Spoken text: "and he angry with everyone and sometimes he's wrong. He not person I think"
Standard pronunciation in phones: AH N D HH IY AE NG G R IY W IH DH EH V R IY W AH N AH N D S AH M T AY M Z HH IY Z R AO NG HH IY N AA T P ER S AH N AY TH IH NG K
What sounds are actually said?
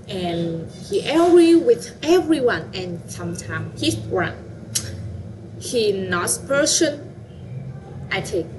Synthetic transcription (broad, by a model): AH N HH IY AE G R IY W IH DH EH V R IY W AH N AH N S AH M T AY M HH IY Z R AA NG HH IY N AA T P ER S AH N AY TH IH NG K